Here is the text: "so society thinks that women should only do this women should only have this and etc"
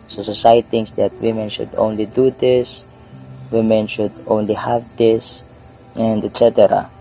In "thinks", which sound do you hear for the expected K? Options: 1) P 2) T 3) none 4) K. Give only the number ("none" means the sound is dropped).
3